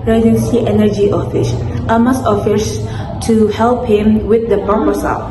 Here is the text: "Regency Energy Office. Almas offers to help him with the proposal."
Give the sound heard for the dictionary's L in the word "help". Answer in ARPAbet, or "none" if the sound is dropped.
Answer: L